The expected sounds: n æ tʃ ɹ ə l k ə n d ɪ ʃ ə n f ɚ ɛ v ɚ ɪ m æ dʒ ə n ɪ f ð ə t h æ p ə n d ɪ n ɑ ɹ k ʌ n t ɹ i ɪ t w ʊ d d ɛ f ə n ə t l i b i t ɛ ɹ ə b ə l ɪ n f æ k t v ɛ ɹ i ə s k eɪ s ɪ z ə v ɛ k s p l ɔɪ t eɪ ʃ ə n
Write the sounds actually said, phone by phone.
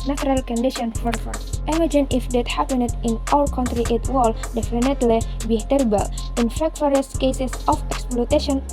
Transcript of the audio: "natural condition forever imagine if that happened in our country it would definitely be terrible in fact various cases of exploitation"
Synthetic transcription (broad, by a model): n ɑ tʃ ɹ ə l k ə n d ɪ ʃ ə n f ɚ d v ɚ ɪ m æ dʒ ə n ɪ f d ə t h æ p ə n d ɪ n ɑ l k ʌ n t ɹ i ɪ t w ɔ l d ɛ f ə n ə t l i b i t ɛ ɹ ə b ə l ɪ n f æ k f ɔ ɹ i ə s k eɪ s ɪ s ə f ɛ k s p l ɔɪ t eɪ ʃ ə n